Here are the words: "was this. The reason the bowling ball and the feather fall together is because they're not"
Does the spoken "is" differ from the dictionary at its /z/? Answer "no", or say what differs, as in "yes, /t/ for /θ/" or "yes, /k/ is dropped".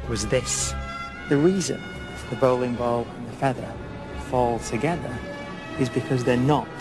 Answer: no